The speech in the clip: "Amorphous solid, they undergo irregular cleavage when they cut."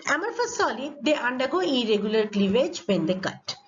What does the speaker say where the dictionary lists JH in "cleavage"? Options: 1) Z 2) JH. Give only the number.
2